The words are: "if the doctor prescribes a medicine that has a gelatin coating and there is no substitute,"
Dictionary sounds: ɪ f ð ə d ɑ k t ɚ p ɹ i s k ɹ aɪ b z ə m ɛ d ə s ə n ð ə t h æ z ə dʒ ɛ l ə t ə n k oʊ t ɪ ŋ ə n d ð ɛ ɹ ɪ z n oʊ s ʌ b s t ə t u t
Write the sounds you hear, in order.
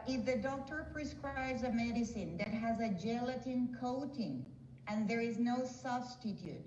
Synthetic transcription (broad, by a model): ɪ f ð ə d ɑ k t ɚ p ɹ i s k ɹ aɪ b z ə m ɛ d ə s ə n ð ə t h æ z ə dʒ ɛ l ə t ə n k oʊ t ɪ ŋ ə n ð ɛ ɹ ɪ z n oʊ s ʌ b s t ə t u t